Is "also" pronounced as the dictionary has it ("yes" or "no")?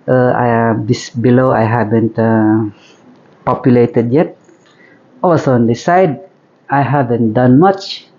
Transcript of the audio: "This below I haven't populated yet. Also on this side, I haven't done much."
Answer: no